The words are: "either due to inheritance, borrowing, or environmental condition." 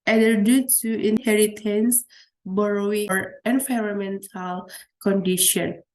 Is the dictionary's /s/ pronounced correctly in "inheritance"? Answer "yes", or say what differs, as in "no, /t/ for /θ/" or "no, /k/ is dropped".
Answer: yes